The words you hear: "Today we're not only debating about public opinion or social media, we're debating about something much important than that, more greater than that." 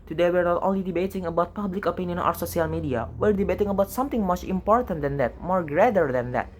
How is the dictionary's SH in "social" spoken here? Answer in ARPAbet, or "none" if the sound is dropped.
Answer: S